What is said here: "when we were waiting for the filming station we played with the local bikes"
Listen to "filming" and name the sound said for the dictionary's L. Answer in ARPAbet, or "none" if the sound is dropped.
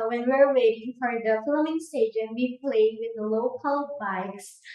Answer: none